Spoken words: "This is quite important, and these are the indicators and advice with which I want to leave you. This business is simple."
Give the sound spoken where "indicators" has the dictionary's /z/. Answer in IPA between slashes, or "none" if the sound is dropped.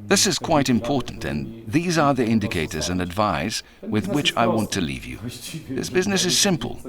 /z/